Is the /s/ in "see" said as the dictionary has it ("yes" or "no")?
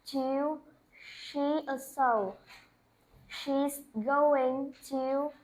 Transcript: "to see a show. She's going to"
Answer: no